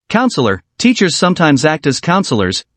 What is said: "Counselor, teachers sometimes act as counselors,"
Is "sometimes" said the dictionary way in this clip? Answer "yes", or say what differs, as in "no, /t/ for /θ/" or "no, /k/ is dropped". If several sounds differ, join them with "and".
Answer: yes